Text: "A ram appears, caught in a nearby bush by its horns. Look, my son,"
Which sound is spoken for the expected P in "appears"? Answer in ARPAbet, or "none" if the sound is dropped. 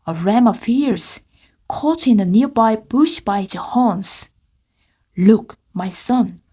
F